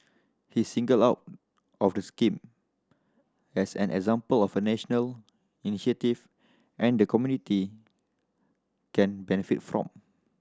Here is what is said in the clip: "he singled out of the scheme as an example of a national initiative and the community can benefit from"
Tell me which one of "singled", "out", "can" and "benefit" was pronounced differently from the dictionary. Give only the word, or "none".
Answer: singled